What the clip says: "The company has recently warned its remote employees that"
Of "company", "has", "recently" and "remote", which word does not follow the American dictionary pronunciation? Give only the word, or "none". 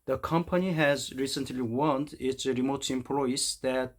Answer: none